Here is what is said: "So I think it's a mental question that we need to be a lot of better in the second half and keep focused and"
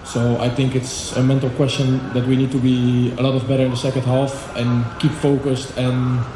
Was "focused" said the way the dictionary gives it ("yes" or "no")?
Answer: yes